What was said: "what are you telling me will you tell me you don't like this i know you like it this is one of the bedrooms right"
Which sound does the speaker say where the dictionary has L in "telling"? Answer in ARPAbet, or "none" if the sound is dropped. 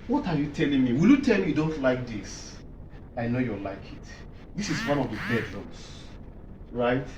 L